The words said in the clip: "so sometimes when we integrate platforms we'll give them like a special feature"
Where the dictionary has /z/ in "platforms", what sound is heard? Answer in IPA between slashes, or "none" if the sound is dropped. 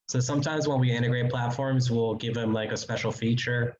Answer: /z/